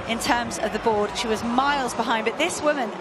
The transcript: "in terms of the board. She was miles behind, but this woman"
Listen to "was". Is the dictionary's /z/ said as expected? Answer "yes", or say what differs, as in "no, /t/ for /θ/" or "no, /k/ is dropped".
yes